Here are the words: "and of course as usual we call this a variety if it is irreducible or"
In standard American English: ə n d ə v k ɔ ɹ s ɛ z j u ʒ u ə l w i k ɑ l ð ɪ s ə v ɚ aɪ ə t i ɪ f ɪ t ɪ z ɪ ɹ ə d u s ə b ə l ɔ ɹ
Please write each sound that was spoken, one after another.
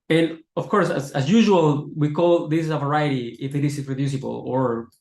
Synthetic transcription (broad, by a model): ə n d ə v k ɔ ɹ s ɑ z j u ʒ u ə l w i k ɑ l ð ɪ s ə v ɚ aɪ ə t i ɪ f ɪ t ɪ s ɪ ɹ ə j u s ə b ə l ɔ ɹ